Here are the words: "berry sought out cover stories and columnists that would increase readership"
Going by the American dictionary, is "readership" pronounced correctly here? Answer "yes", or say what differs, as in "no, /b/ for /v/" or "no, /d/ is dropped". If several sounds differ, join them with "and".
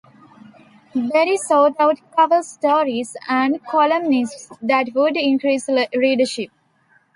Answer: no, /l/ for /ɹ/